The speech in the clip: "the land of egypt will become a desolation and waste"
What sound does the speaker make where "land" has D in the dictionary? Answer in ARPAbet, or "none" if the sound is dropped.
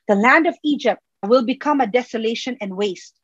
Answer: D